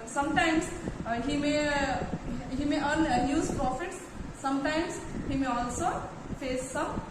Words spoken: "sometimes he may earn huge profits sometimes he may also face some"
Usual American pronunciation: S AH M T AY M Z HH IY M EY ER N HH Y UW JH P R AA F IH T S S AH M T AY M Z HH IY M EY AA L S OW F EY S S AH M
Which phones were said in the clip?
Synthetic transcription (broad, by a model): S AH M T AY M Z HH IY M EY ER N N Y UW Z P R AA F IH T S S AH M T AY M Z HH IY M EY AA L S OW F EY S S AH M